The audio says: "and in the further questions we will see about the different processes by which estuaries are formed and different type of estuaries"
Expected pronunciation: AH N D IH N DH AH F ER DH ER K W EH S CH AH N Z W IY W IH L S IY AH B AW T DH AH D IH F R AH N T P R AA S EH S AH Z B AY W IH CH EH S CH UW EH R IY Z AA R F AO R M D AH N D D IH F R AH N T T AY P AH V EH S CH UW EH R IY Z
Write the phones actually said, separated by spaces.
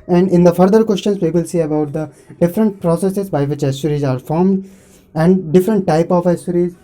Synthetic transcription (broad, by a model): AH N D IH N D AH F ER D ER K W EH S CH AH N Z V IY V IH L S IY AH B AW T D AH D IH F R AH N T P R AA S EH S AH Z B AY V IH CH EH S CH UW R IY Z AA R F AO R M D AH N D D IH F R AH N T T AY P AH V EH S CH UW R IY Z